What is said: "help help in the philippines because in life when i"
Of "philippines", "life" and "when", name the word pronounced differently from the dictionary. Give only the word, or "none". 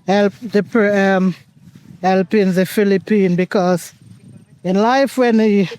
philippines